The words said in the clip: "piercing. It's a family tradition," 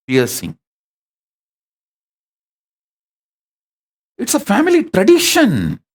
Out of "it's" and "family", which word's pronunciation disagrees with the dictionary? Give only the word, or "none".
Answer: none